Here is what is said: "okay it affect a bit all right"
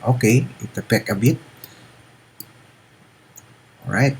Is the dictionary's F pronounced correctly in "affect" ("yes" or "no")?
no